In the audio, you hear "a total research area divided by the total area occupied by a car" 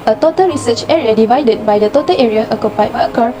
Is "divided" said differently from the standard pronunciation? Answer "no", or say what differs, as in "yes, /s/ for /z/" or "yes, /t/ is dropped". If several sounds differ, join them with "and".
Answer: no